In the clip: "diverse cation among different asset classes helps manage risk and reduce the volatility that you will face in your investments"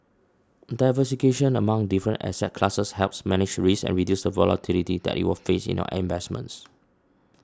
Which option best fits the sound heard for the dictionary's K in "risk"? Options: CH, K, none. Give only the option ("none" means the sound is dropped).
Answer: none